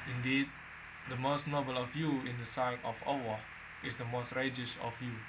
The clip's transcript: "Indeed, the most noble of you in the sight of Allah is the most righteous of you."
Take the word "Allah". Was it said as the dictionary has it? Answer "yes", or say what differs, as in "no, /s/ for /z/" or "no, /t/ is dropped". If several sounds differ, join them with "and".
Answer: no, /w/ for /l/